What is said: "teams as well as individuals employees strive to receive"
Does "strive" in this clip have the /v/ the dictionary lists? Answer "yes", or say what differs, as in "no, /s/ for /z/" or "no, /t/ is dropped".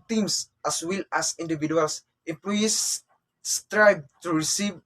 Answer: no, /b/ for /v/